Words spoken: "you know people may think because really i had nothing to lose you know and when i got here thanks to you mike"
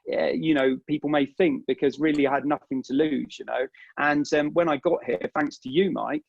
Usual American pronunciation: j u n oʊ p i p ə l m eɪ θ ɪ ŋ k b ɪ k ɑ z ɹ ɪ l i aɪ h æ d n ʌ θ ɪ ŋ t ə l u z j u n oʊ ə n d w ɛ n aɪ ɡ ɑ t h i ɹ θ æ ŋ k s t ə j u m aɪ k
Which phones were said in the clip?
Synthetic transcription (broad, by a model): j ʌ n oʊ p i p ə l m eɪ θ ɪ ŋ k b ɪ k ɑ z ɹ ɪ l i aɪ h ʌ d n ʌ θ ɪ ŋ t ə l u z j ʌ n oʊ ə n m w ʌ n aɪ ɡ ɑ t h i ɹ θ æ ŋ k s t ə j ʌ m aɪ k